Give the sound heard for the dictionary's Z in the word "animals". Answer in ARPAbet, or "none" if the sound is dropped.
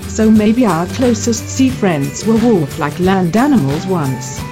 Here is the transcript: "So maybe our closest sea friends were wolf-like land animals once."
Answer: Z